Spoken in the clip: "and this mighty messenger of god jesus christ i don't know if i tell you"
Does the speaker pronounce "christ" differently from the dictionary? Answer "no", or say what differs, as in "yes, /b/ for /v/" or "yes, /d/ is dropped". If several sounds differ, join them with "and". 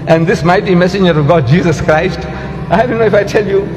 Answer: no